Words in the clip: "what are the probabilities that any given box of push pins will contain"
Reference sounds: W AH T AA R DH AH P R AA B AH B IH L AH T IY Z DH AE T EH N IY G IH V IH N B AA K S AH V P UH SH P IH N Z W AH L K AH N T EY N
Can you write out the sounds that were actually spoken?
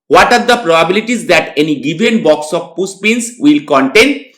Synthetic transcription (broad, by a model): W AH T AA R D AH P R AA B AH B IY L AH T IY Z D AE T EH N IY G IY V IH N B AA K S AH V P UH S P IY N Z W AH L K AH N T EY N